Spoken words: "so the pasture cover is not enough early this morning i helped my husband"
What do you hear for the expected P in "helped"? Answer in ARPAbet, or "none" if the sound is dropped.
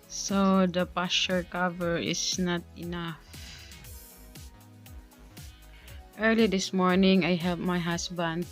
none